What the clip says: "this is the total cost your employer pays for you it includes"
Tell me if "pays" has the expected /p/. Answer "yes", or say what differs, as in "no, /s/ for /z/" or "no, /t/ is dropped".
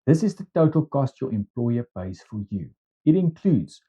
no, /b/ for /p/